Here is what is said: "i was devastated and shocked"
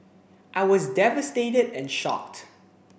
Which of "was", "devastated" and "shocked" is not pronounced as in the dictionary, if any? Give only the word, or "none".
none